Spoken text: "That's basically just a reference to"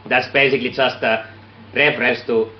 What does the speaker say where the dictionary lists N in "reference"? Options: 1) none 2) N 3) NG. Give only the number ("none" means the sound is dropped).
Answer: 1